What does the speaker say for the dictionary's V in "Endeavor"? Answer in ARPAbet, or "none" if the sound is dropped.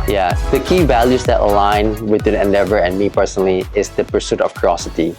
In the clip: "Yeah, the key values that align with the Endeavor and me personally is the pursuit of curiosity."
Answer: V